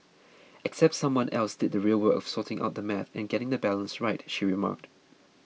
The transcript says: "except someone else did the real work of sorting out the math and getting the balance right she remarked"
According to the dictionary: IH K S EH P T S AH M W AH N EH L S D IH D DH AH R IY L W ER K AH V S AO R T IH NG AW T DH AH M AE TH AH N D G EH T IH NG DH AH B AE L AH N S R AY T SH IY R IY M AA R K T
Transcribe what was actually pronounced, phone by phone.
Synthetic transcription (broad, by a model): IH K S EH P T S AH M W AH N EH L S D IH D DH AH R IY L W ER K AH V S AO T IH NG AW T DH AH M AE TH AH N G EH T IH NG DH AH B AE L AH N S R AY T SH IY R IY M AA K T